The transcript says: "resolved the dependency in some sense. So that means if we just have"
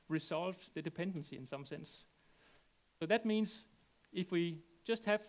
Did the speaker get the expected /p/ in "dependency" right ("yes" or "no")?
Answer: yes